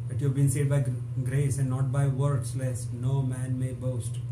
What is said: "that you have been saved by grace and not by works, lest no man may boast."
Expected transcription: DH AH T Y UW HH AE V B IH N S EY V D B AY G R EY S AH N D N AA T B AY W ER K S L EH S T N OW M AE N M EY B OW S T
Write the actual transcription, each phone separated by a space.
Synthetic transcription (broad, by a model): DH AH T Y UW HH AE V B IH N S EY D B AY G R EY S AH N D N AA T B AY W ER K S L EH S N OW M AE N M EY B OW S T